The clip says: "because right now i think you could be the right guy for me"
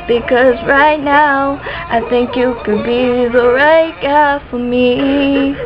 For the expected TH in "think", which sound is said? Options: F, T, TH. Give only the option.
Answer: TH